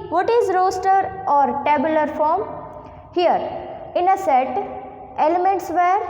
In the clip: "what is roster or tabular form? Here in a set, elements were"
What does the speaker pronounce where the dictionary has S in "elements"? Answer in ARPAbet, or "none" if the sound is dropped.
S